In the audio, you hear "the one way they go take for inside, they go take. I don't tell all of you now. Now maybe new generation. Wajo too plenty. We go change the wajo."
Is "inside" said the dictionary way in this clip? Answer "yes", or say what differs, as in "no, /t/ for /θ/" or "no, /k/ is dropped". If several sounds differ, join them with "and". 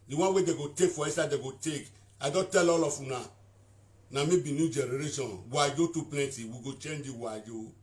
no, /n/ is dropped